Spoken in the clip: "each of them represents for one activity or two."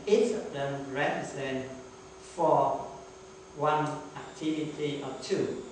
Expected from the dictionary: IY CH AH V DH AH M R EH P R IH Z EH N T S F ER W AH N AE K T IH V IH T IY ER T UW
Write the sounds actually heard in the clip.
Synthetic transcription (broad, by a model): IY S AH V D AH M R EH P R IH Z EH N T F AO W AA N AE K T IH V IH T IY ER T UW